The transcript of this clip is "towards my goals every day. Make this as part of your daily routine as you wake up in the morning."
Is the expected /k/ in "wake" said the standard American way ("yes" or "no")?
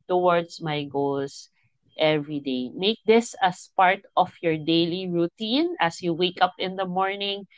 yes